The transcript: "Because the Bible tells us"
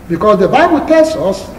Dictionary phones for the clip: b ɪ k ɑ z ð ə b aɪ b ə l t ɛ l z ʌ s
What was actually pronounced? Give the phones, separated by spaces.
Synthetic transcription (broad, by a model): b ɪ k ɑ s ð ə b aɪ b ə l t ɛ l s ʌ s